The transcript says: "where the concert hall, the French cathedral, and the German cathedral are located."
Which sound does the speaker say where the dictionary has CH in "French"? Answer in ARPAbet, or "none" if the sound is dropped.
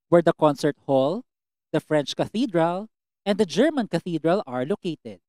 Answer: CH